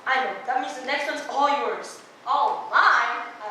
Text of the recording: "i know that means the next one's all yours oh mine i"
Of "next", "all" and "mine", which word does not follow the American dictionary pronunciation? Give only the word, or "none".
mine